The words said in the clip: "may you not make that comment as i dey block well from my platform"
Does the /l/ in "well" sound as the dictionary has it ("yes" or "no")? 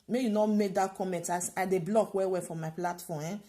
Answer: no